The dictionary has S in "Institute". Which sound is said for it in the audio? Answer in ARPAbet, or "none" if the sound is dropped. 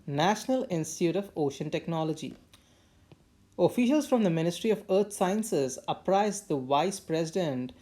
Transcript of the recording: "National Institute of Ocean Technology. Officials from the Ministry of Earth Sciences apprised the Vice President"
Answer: S